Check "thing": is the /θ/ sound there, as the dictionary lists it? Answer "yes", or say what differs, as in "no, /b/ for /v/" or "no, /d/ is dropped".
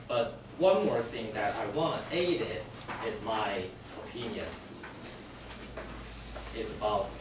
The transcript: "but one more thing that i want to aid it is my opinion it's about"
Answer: yes